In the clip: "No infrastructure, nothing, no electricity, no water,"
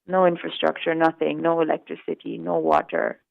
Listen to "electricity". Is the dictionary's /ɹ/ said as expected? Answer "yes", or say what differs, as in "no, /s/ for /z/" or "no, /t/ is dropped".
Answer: yes